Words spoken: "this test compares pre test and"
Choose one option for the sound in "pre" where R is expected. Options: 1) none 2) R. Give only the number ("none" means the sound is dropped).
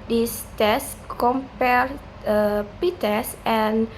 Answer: 1